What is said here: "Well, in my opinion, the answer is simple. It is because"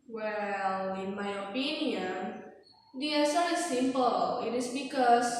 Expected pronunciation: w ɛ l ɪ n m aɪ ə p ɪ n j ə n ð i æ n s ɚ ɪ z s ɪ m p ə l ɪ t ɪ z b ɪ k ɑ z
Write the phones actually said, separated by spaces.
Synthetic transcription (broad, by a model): w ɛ l ɪ n m aɪ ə p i n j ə n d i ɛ s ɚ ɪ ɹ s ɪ m p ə l ɪ t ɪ s b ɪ k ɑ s